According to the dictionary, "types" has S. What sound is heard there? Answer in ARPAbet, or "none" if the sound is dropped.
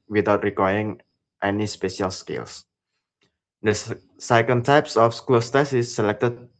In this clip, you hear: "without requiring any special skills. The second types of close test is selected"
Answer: S